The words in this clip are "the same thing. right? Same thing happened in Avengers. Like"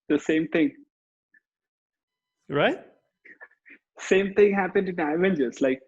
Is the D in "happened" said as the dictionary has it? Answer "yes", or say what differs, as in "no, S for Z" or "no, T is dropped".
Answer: yes